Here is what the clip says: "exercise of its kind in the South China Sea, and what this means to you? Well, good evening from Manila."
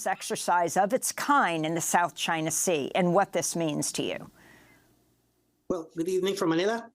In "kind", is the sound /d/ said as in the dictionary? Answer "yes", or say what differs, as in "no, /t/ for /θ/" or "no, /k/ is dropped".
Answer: no, /d/ is dropped